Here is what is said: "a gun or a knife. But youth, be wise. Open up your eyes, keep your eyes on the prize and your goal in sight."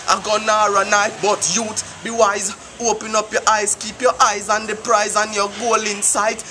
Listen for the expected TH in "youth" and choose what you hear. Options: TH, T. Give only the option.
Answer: T